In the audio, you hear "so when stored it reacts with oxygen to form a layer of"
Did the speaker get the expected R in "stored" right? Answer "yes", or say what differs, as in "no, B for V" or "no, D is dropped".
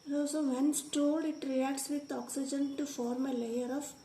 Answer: no, L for R